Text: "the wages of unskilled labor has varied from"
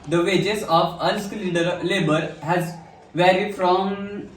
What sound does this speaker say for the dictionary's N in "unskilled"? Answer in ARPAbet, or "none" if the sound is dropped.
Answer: L